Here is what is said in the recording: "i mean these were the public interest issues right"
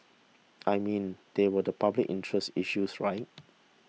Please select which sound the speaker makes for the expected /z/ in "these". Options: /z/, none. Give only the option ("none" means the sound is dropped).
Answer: none